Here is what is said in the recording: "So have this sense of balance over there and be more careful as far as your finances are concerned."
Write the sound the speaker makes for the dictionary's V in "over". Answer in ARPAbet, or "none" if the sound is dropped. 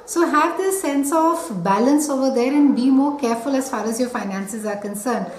V